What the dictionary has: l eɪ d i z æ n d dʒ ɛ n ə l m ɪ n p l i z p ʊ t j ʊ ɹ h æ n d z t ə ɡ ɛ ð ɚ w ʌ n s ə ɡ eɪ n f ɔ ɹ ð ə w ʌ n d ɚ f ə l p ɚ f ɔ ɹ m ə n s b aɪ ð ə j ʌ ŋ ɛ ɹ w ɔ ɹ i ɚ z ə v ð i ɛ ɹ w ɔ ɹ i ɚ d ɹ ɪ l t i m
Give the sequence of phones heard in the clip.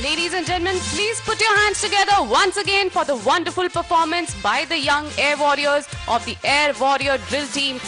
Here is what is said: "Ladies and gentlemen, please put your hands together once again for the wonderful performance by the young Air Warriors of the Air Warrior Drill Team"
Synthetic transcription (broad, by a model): l eɪ d i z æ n dʒ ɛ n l m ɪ n p l i z p ʊ t j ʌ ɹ h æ n d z t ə ɡ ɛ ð ɚ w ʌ n s ə ɡ eɪ n f ɔ ɹ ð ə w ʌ n d ɚ f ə l p ɚ f ɔ ɹ m ə n s b aɪ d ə j ʌ ŋ ɛ ɹ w ɔ ɹ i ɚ z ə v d i ɛ ɹ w ɔ ɹ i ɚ d ɹ ɪ l t i m